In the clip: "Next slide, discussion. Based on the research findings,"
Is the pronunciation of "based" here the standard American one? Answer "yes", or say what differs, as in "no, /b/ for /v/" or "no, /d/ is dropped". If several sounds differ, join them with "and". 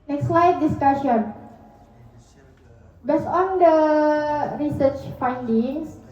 no, /t/ is dropped